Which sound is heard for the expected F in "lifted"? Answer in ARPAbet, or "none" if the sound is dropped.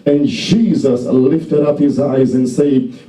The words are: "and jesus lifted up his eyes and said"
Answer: F